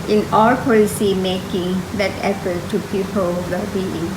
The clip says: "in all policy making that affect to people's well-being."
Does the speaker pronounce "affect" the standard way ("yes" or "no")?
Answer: no